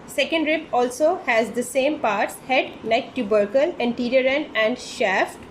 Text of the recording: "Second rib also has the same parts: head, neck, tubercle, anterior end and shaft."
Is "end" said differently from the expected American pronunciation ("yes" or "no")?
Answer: yes